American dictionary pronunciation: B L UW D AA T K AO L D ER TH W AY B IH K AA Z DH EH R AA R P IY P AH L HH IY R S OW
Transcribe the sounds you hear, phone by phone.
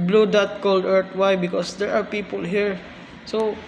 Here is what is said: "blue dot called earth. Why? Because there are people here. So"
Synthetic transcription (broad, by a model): B L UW D AA T K AO L D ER T W AY B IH K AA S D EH R AA R P IY P AH L HH IY R S OW